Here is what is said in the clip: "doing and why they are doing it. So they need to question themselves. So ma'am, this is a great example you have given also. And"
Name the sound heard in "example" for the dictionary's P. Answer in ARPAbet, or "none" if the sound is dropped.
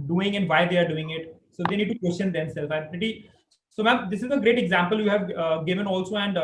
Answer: P